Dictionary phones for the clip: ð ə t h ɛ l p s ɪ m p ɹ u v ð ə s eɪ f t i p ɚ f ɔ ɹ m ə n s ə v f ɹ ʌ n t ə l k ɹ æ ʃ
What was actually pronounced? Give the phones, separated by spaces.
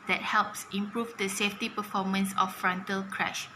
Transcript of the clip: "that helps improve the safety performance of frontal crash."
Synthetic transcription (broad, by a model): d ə t h ɛ l p s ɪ m p ɹ u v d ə s eɪ f t i p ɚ f ɔ m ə n s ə f ɹ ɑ n t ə l k ɹ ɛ ʃ